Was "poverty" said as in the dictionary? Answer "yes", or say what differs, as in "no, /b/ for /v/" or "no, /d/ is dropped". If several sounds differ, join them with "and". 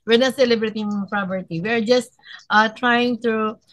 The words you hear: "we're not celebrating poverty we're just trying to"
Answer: no, /p/ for /v/